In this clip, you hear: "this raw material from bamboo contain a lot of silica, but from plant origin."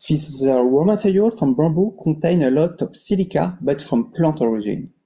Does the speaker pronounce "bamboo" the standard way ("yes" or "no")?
no